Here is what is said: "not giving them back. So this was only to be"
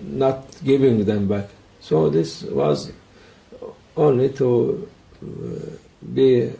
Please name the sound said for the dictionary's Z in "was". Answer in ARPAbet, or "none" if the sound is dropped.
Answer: Z